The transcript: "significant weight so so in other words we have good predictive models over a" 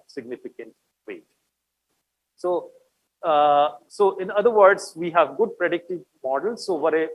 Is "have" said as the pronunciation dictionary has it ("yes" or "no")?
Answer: yes